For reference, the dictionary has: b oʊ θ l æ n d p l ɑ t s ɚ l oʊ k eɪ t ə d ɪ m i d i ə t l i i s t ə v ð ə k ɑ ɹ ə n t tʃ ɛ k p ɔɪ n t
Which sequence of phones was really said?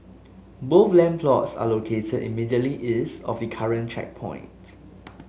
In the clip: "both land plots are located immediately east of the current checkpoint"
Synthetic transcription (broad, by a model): b oʊ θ l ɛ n p l ɑ t s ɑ l oʊ k eɪ t ə d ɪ m i d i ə t l i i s ə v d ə k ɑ ɹ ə n tʃ ɛ k p ɔɪ n t